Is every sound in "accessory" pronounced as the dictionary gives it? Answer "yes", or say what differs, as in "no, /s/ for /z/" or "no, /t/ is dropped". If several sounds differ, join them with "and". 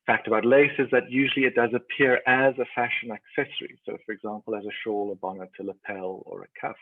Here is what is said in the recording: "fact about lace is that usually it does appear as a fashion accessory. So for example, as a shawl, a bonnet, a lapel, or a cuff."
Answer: yes